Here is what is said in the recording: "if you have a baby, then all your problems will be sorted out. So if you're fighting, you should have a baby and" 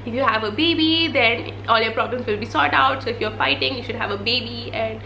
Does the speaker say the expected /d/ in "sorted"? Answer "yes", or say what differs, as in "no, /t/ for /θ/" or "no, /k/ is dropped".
no, /d/ is dropped